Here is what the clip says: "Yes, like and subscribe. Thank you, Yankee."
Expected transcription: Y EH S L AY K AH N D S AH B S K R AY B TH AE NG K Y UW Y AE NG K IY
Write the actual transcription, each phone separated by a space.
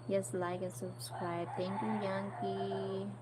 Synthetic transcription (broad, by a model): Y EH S L AY K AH S AH B S K R AY B T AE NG K Y UW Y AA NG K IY